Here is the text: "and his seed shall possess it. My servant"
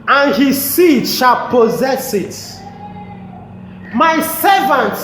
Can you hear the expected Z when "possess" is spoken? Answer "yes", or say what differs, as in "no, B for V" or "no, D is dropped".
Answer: yes